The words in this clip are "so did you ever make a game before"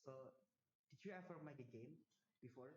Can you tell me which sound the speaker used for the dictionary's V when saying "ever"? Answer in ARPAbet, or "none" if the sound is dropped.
F